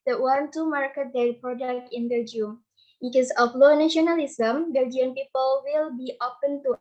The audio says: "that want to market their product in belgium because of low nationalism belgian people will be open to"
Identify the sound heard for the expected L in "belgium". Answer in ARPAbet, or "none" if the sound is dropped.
none